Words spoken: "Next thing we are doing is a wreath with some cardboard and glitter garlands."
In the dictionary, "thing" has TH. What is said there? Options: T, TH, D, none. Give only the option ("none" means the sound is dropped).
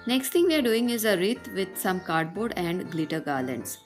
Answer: T